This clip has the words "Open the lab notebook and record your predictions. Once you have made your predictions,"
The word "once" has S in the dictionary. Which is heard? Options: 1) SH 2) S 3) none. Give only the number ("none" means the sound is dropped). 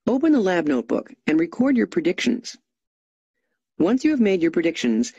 2